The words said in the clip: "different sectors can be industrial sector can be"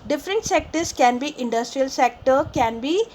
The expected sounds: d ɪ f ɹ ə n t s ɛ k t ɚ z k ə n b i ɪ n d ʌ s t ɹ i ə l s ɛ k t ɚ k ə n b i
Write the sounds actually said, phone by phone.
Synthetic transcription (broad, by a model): d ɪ f ɹ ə n t s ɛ k t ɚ s k ə n b i ɪ n d ʌ s t ɹ i ə l s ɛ k t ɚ k ə n b i